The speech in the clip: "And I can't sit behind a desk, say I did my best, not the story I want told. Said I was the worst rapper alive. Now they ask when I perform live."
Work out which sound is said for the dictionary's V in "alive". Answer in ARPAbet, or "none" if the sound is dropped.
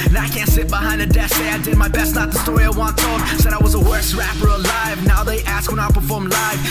V